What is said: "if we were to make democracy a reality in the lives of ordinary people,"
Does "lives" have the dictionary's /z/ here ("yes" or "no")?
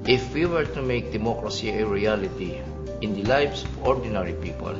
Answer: no